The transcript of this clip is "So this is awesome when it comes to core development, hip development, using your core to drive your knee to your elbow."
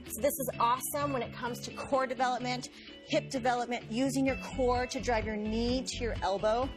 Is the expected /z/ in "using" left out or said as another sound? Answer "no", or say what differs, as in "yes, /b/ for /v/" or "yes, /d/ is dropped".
no